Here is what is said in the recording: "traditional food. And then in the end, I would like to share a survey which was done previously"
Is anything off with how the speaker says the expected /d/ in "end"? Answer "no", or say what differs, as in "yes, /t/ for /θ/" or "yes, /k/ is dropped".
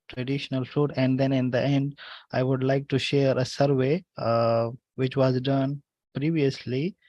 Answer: no